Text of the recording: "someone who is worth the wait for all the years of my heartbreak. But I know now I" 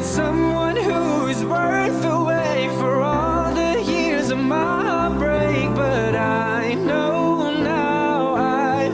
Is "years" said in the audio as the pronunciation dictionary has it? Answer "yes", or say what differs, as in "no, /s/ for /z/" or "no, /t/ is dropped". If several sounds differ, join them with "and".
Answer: yes